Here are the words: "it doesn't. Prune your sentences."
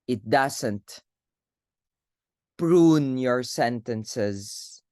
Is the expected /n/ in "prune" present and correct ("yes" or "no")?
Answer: yes